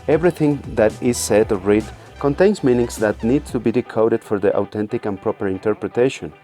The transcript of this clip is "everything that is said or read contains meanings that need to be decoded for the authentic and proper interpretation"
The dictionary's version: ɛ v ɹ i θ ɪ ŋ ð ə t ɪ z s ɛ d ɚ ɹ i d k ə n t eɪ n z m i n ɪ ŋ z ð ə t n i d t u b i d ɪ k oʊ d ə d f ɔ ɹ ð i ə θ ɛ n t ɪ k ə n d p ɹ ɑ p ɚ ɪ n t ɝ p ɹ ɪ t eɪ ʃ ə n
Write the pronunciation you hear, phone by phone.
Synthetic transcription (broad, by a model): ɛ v ɹ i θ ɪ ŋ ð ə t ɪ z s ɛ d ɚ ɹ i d k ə n t eɪ n s m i n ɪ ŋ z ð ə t n i d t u b i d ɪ k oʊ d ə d f ɔ ɹ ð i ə t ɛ n t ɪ k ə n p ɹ ɹ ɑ p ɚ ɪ n t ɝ p ɹ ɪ t eɪ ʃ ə n